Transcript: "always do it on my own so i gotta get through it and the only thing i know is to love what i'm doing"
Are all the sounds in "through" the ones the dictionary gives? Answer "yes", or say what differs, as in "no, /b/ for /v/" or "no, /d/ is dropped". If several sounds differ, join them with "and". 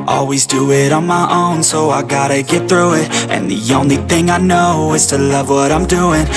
yes